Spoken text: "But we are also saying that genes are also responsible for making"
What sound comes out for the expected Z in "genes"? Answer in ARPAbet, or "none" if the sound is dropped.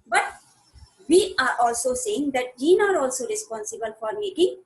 none